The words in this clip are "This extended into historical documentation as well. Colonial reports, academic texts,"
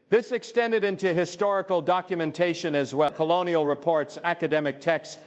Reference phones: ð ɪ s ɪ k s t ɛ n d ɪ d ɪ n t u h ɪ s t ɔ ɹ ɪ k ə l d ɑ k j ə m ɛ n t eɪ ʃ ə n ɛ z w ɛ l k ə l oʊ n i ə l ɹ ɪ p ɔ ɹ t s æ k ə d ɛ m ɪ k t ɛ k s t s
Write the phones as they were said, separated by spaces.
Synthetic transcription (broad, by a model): ð ɪ s ɪ k s t ɛ n d ɪ d ɪ n t u h ɪ s t ɔ ɹ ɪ k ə l d ɑ k j ə m ɛ n t eɪ ʃ ə n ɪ z w ɛ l k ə l oʊ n i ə l ɹ ɪ p ɔ ɹ t s æ k ə d ɛ m ɪ k t ɛ k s s